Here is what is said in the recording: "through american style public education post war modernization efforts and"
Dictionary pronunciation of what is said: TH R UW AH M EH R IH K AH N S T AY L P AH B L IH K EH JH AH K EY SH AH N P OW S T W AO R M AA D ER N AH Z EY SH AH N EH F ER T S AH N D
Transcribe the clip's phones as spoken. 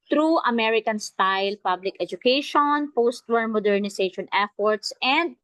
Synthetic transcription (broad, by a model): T R UW AH M EH R IH K AH N S T AY L P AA B L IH K EH JH AH K EY SH AH N P OW S T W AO R M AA D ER N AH S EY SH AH N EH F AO T S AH N D